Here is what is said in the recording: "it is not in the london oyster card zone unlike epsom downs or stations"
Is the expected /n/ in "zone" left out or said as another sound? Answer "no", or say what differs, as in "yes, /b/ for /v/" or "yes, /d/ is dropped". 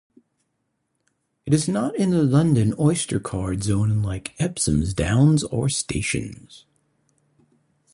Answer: yes, /n/ is dropped